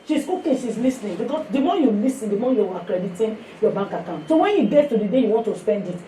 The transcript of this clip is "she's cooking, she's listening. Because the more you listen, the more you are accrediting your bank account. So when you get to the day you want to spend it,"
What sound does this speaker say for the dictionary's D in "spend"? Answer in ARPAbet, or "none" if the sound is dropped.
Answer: D